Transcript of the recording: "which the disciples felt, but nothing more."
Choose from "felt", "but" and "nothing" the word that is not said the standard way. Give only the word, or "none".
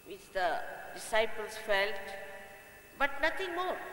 nothing